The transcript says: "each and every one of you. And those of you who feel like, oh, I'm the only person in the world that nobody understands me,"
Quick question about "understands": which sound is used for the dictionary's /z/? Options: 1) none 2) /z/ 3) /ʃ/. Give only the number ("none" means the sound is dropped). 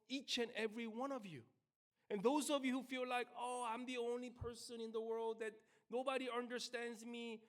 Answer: 2